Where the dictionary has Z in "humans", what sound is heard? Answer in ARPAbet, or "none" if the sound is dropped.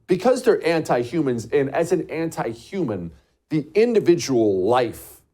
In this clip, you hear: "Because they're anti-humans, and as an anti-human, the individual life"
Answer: Z